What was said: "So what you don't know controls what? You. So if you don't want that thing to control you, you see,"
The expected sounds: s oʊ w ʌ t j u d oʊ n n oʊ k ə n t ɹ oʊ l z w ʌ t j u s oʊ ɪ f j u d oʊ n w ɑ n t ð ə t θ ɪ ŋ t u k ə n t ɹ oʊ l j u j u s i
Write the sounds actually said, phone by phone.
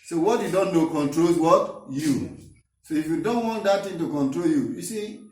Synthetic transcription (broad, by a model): s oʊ w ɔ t j u d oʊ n n oʊ k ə n t ɹ oʊ l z w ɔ t j u s oʊ ɪ f j u d oʊ n w ɑ n t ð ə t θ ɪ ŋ t u k ə n t ɹ oʊ l j u j u s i